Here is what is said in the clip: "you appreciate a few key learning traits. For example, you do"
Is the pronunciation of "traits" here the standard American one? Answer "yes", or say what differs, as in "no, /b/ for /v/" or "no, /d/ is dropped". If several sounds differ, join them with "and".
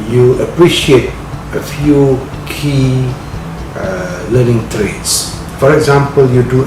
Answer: yes